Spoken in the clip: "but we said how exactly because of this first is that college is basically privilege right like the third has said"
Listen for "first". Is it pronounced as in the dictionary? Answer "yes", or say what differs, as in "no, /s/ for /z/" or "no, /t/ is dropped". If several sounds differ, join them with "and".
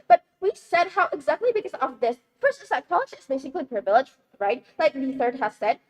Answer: no, /p/ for /f/ and /t/ is dropped